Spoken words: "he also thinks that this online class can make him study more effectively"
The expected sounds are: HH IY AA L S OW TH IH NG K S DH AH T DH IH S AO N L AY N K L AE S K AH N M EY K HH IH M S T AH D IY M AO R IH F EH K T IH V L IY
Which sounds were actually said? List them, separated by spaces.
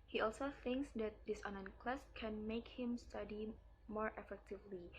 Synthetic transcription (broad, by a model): HH IY AA L S OW TH IH NG K S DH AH T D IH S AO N AY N K L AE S K AH N M EY K HH IH M S T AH D IY M AO R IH F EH K T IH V L IY